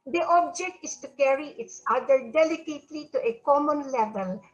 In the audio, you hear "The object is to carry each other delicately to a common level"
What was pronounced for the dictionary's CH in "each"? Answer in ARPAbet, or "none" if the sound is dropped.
S